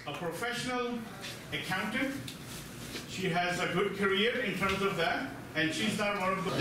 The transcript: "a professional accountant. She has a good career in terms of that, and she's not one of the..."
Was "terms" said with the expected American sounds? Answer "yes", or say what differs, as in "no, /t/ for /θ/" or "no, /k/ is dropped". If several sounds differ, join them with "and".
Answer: yes